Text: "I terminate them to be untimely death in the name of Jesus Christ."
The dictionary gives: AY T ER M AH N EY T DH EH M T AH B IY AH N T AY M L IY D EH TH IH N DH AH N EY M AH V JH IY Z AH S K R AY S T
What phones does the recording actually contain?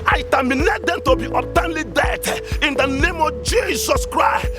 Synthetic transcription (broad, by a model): AY T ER M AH N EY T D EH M T AH B IY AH T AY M L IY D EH T IH N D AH N EY M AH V JH IY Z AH S K R AY S T